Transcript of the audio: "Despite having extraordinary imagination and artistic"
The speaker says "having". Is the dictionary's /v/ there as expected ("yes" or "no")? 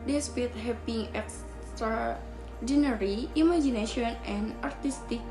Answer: no